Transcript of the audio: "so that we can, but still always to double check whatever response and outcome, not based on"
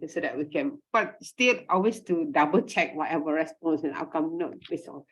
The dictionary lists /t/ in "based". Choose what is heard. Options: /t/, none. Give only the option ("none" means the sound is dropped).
none